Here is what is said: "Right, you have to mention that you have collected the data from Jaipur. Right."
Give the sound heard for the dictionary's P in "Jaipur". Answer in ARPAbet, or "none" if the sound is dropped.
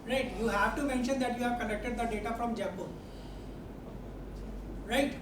B